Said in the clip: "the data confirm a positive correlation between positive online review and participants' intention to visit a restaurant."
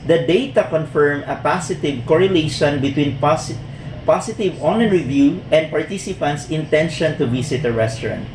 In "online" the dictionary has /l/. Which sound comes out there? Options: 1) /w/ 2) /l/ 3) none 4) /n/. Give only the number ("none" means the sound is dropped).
3